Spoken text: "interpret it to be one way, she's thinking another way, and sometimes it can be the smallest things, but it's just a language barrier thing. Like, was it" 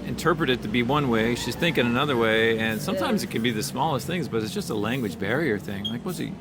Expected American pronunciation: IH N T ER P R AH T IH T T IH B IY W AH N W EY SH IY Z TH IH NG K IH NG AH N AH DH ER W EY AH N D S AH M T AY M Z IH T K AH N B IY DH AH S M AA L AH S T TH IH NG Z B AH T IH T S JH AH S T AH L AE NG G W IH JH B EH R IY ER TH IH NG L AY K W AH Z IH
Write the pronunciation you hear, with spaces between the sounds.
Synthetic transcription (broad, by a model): IH N T ER P R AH T IH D T IH B IY W AH N W EY SH IY Z TH IH NG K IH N AH N AH DH ER W EY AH N S AH M T AY M Z IH T K AH N B IY DH AH S M AA L AH S T TH IH NG Z B AH T IH T S JH AH S T AH L AE NG G W IH JH B EH R IY ER TH IH NG L AY K W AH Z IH